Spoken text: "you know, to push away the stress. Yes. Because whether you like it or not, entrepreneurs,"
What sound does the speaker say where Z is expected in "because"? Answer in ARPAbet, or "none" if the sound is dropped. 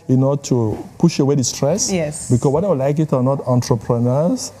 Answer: none